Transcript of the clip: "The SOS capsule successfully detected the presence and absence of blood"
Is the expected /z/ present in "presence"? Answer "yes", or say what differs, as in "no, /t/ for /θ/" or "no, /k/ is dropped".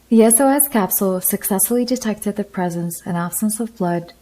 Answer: yes